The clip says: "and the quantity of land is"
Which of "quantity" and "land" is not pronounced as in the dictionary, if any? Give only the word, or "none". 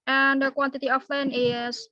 land